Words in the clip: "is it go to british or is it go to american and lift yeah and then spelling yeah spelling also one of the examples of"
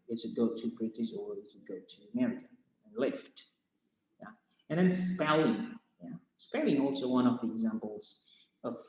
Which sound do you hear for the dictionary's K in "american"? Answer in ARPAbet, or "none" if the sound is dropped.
none